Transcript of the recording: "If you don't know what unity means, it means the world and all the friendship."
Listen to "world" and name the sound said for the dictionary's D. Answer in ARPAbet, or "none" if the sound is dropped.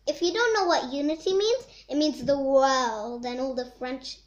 D